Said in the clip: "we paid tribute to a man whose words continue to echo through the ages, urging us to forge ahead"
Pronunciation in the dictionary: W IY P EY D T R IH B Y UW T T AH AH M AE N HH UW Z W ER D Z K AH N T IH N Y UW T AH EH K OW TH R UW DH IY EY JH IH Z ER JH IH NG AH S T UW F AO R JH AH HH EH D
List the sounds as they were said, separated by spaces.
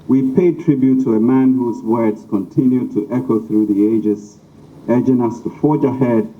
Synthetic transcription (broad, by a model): W IY P EY D T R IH B Y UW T T AH AH M AE N HH UW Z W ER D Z K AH N T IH N Y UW T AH EH K OW TH R UW DH IY EY JH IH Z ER JH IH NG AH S T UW F AO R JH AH HH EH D